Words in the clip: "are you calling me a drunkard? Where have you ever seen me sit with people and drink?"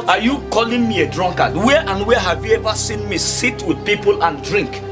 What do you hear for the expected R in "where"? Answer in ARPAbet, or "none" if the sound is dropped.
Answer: W